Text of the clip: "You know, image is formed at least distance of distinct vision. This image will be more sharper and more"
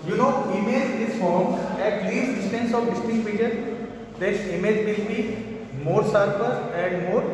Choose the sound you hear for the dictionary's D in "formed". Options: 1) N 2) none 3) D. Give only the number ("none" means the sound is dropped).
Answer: 2